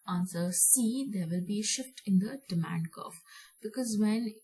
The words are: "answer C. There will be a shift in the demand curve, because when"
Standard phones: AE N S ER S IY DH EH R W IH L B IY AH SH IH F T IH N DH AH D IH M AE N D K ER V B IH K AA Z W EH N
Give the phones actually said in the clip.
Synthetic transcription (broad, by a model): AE N S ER S IY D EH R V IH L B IY SH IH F T IH N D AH D IH M AE N D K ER F B IH K AA Z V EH N